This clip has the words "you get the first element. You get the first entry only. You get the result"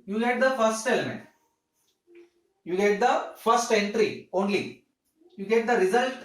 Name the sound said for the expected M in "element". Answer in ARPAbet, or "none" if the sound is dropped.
M